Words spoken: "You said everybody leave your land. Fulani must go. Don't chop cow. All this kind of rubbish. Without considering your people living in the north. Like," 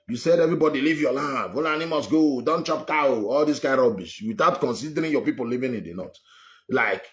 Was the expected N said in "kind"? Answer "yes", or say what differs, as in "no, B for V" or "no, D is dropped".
no, N is dropped